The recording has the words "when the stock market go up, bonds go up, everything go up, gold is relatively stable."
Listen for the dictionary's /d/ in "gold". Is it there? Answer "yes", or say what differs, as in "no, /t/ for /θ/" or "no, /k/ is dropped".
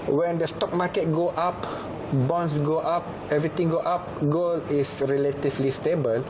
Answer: no, /d/ is dropped